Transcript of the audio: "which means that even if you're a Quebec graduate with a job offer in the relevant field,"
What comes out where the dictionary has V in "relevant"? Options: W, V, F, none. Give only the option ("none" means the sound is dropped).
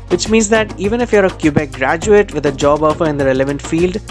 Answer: V